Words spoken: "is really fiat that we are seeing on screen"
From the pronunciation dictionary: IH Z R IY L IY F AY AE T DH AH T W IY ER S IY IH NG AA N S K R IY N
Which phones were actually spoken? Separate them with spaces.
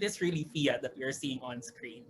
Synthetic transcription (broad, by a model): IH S R IY L IY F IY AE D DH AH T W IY ER S IY IH NG AA N S K R IY N